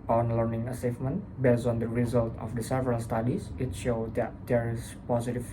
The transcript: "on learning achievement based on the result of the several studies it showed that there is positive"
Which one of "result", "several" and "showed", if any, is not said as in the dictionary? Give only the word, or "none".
none